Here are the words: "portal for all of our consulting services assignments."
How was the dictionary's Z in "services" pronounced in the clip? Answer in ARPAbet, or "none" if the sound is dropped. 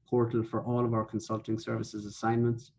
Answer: Z